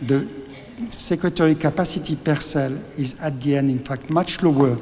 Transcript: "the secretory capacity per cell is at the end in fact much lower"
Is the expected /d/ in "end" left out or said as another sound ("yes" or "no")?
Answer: no